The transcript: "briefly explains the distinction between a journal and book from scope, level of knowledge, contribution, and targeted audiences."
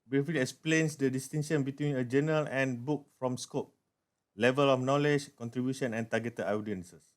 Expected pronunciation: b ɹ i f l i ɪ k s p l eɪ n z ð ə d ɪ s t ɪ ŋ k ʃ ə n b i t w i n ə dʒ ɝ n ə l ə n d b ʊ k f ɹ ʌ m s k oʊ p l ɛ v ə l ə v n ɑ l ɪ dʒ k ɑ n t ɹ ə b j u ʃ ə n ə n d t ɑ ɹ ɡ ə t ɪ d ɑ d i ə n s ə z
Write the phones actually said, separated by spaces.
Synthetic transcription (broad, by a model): b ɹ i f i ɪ k s p l eɪ n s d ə d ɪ s t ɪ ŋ ʃ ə n b i t w i n ə dʒ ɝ n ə l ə n b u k f ɹ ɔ m s k oʊ p l ɛ v ə l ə f n ɑ l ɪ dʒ k ɑ n t ɹ ə b j u ʃ ə n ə n t ɑ ɡ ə t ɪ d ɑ d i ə n s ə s